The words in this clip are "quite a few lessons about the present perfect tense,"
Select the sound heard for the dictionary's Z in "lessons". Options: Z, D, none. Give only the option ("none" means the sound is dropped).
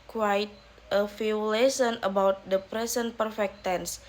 none